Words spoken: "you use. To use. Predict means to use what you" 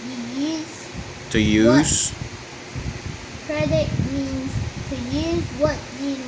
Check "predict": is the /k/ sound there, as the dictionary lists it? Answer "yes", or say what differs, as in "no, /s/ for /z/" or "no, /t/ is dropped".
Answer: no, /k/ is dropped